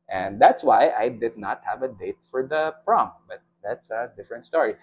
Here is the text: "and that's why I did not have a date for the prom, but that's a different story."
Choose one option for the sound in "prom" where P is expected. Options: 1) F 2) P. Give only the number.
2